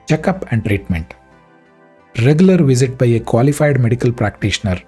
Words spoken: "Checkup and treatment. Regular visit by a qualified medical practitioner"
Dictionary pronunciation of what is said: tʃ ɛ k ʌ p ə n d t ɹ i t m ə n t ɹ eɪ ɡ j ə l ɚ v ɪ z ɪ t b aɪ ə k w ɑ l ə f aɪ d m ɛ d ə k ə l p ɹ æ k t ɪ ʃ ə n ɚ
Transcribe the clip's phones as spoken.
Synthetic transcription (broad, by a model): tʃ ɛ k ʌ p ə n d t ɹ i t m ə n t ɹ eɪ ɡ j ə l ɚ v ɪ z ɪ t b aɪ ə k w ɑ l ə f aɪ d m ɛ d ə k ə l p ɹ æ k t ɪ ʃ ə n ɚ